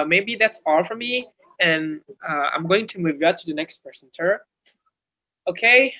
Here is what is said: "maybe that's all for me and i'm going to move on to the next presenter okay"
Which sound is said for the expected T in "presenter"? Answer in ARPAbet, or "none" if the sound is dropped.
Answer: S